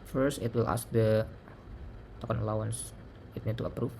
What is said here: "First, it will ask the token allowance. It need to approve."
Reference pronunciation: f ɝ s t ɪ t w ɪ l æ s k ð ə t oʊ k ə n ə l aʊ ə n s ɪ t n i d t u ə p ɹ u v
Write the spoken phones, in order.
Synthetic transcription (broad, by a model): f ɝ s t ɪ t w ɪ l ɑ s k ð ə t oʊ k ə n ə l aʊ ə n s ɪ t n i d t u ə p ɹ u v